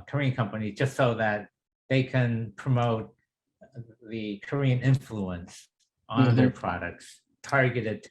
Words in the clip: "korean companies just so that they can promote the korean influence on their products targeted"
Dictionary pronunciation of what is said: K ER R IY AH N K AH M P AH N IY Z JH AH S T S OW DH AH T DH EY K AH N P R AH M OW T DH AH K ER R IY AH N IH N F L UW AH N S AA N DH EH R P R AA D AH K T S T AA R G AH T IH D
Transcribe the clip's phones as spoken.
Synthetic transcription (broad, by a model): K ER R IY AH N K AH M P AH N IY Z JH AH S T S OW DH AH T DH EY K AH N P R AH M OW T DH AH K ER R IY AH N IH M F L UW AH N S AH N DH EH R P R AA D AH K T S T AA R G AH T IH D